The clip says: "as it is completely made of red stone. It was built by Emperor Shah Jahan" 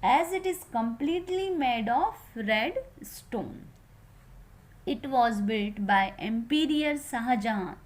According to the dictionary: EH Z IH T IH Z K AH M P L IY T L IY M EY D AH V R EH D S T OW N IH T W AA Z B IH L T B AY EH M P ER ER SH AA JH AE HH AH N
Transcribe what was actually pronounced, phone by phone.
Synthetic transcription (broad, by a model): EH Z IH T IH Z K AH M P L IY T L IY M EY D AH F R EH D S T OW N IH T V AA Z B IH L T B AY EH M P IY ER S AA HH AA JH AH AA